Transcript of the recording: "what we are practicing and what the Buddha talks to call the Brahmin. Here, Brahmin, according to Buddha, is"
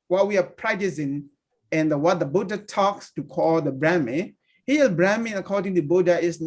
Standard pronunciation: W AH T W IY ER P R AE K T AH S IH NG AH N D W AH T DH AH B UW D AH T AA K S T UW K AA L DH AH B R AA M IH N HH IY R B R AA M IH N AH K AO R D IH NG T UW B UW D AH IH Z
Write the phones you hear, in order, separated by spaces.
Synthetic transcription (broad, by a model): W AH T W IY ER P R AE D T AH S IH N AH N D W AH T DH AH B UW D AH T AA K S T UW K AA L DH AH B R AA M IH HH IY L B R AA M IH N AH K AO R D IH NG T UW B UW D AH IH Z